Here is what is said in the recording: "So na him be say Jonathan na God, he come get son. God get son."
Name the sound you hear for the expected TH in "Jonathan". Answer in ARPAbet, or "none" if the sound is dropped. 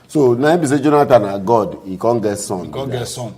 T